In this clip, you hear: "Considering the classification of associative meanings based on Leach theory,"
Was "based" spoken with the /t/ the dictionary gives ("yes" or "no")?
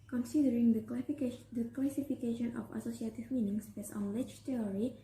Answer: no